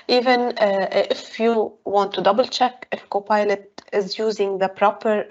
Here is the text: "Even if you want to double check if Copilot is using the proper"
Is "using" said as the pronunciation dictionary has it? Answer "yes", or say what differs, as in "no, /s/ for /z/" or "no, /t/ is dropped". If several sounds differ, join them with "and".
yes